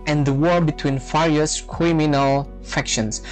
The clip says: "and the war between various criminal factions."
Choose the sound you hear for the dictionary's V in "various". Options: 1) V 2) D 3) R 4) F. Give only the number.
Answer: 4